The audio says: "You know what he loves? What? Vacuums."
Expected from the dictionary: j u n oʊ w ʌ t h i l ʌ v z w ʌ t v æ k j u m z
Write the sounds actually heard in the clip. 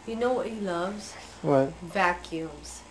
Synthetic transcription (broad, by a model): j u n oʊ w ʌ t h i l ʌ v z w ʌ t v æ k j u m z